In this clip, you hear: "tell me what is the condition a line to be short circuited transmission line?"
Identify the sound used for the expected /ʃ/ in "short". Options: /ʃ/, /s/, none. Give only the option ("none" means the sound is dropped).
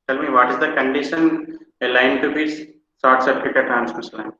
/s/